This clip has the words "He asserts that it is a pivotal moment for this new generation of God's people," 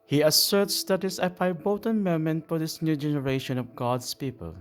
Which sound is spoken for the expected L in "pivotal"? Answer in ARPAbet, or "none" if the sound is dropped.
N